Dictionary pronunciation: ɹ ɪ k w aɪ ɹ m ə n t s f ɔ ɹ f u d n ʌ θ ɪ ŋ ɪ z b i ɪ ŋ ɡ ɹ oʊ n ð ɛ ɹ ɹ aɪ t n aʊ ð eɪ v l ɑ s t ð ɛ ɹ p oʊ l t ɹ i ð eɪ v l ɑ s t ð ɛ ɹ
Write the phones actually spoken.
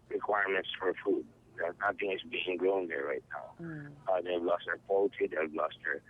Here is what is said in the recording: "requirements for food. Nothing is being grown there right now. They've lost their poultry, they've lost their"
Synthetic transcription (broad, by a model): ɹ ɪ k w aɪ ɹ m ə n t s f ɔ ɹ f u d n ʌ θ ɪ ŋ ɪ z b i ɪ ŋ ɡ ɹ oʊ n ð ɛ ɹ ɹ aɪ t n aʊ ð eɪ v l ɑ s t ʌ ɹ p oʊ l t i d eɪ b l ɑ s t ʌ ɹ